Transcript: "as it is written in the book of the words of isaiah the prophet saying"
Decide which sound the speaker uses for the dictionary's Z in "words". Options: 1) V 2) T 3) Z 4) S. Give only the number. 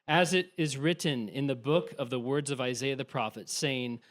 3